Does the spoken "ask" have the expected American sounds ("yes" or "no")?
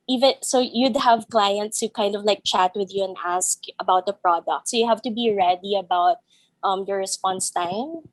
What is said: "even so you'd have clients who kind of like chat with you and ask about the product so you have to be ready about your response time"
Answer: yes